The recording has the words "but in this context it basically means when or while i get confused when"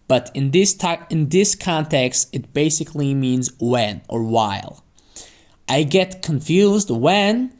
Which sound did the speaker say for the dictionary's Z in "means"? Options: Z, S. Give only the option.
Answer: Z